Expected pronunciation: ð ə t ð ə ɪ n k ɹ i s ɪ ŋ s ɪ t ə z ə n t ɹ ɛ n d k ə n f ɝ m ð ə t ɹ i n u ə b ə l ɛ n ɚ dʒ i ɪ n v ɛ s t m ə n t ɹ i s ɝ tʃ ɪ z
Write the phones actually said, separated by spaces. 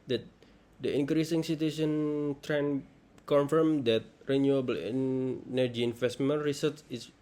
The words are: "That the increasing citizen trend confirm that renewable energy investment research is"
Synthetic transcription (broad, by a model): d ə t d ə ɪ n k ɹ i s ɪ ŋ s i t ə s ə n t ɹ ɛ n k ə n f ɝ m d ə t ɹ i n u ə b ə l ɛ n ɚ dʒ i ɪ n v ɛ s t m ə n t ɹ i s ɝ s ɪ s